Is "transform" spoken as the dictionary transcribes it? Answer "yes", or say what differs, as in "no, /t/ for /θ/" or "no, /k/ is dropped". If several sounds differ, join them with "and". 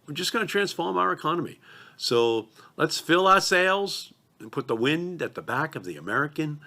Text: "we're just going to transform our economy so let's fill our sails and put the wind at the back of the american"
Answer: yes